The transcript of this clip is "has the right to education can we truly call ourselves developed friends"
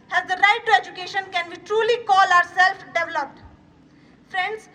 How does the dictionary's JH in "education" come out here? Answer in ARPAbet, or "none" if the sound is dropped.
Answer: JH